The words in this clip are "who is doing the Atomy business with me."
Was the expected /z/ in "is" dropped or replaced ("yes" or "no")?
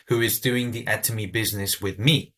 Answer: no